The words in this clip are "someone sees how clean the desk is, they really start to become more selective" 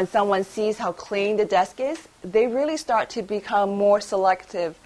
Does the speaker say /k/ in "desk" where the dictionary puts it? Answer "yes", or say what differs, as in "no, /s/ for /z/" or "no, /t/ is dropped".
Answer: yes